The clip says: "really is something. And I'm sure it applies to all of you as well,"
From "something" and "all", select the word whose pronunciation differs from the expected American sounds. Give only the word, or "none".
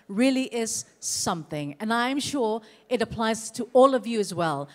none